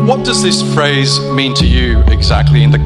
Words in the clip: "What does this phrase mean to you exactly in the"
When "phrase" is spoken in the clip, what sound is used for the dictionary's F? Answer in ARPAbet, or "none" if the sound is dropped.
F